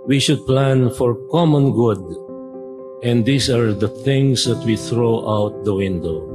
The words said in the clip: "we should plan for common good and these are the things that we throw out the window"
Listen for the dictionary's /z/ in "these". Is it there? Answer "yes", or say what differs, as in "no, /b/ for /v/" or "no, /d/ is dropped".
no, /s/ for /z/